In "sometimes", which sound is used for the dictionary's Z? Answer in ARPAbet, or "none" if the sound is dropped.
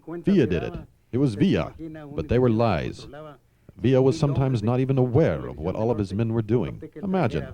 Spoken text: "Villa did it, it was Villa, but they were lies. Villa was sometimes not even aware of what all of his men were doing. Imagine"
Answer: Z